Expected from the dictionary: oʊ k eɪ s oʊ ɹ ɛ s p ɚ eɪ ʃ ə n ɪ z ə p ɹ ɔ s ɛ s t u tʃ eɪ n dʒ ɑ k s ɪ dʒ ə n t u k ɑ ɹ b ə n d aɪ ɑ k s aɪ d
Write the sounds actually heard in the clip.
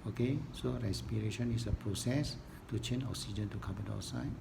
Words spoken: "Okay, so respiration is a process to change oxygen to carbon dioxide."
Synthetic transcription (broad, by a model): oʊ k eɪ s oʊ ɹ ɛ s p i eɪ ʃ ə n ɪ s ə p ɹ ɔ s ɛ s t u tʃ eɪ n ɑ k s ɪ dʒ ə n t u k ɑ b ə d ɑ s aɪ